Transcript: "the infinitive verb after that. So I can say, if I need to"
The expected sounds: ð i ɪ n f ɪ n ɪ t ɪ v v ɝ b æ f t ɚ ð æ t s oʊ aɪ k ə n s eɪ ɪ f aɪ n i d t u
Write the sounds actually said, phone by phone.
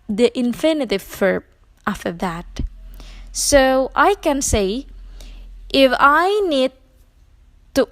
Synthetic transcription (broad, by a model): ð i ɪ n f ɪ n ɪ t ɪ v f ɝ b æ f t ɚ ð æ t s oʊ aɪ k ə n s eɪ ɪ f aɪ n i d t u